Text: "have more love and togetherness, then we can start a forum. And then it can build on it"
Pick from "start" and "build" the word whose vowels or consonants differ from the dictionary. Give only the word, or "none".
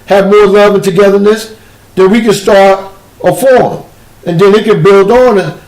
none